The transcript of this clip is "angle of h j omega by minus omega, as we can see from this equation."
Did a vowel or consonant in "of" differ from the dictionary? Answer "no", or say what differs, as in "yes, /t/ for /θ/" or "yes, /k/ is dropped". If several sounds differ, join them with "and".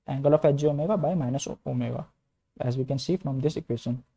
yes, /f/ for /v/